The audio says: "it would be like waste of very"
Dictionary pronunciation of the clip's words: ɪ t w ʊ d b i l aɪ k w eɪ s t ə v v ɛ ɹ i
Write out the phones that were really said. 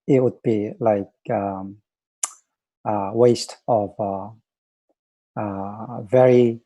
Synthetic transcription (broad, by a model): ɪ t w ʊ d b i l aɪ k w eɪ s t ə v v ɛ ɹ i